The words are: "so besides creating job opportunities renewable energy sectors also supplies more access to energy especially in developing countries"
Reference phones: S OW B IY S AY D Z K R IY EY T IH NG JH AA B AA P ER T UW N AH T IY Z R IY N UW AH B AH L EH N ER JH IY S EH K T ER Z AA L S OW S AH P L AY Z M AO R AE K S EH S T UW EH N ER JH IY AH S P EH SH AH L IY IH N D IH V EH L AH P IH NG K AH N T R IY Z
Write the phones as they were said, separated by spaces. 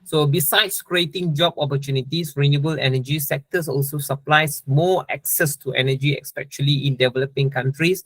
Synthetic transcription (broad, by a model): S OW B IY S AY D S K R IY EY T IH NG JH AA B AA P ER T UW N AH T IY S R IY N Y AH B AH L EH N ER JH IY S EH K T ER S AA L S OW S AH P L AY S M AO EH K S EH S T UW EH N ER JH IY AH S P EH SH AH L IY IH N D IH V EH L AH P IH NG K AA N T R IY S